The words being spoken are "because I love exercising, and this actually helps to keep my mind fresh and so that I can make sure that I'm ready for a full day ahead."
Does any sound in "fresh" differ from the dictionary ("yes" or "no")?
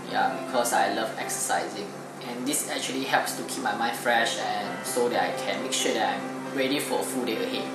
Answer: no